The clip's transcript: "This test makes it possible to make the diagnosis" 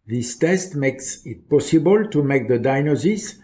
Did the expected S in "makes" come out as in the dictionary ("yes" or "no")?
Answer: yes